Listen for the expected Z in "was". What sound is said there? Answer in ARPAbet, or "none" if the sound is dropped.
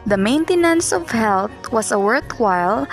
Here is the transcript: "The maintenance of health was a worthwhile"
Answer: S